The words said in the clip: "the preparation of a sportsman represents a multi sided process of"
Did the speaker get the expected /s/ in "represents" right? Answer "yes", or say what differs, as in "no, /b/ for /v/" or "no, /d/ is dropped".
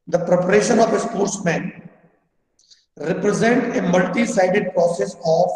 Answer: no, /s/ is dropped